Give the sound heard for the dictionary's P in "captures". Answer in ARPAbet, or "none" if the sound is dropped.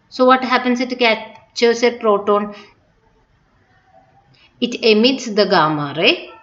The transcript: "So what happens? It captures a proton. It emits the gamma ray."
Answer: none